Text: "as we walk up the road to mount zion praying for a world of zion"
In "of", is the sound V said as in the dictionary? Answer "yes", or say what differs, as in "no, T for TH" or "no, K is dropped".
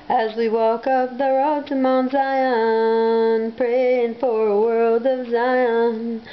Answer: yes